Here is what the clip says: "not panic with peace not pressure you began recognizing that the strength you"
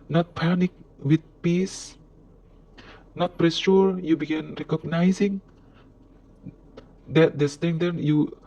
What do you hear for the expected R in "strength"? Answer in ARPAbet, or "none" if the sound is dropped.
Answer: none